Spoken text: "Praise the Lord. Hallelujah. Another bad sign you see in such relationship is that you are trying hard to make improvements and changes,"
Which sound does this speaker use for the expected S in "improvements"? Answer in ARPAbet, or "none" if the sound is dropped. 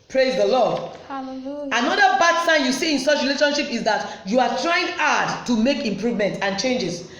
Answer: none